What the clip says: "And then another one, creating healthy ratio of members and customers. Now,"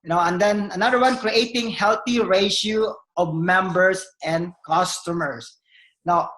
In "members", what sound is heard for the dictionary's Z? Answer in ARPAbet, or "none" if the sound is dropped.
S